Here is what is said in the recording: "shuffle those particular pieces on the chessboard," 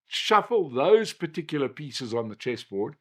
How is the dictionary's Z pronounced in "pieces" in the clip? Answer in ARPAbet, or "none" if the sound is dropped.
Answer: Z